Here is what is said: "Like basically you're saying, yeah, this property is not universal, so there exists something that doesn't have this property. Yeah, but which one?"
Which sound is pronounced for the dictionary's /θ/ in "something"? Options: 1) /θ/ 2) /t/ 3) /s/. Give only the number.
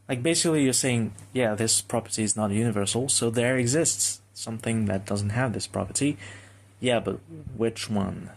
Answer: 1